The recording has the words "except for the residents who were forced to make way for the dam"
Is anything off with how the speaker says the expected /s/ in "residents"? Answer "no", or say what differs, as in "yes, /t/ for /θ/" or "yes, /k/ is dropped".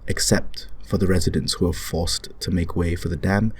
no